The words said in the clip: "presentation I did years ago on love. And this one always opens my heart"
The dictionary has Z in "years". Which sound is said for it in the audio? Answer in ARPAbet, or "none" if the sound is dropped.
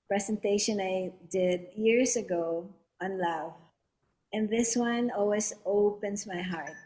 S